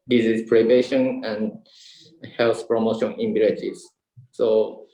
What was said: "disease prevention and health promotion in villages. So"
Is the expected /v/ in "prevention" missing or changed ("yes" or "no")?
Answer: yes